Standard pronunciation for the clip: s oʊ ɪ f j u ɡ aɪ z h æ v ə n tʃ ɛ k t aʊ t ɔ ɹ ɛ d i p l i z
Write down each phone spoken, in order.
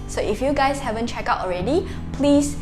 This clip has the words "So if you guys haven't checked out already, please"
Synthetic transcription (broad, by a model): s oʊ ɪ f j u ɡ aɪ s h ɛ v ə n tʃ ɛ k aʊ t ɔ ɹ ɛ d i p l i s